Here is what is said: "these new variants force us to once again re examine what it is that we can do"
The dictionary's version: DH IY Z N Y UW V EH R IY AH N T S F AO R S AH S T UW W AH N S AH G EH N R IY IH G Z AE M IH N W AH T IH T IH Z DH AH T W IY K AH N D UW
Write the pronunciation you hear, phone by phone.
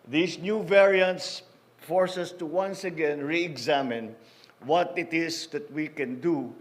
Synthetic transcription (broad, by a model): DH IY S N Y UW V EH R IY AH N T S F AO R S AH S T UW W AH N S AH G EH N R IY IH G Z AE M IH N W AH T IH T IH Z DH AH T W IY K AH N D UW